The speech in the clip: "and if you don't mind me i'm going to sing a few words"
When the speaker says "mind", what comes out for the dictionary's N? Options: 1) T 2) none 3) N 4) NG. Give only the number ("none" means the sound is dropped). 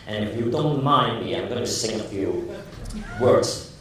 3